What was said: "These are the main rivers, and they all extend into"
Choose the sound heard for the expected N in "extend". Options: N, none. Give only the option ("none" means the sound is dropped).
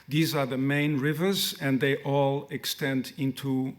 N